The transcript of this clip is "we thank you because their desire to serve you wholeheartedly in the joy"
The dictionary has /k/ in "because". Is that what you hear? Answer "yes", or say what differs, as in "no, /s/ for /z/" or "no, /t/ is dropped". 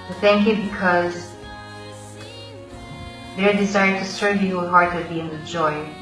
yes